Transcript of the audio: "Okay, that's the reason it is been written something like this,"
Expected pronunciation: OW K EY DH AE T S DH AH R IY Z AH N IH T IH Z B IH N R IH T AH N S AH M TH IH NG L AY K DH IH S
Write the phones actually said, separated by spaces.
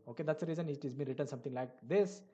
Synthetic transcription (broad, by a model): OW K EY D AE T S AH R IY Z AH N IH T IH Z B IH N R IH T AH N S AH M T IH NG L AY K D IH S